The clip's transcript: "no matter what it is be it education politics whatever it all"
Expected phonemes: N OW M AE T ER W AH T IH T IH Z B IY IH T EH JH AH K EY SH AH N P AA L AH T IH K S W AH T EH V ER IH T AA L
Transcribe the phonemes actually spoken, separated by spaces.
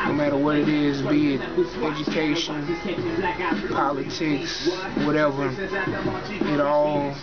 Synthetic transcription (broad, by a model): N OW M AE T ER W AH T IH T IH Z B IY IH T EH JH AH K EY SH AH N P AA L AH T IH K S W AH T EH V ER IH T AA L